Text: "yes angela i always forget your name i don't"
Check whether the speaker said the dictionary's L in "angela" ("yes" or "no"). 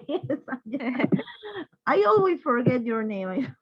no